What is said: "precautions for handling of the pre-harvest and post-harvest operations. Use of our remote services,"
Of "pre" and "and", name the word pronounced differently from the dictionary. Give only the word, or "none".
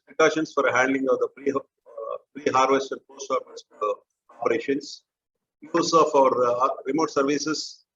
pre